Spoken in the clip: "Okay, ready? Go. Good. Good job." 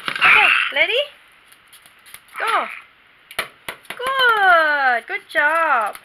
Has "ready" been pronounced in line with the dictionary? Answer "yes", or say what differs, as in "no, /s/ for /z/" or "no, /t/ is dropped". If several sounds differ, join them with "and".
no, /l/ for /ɹ/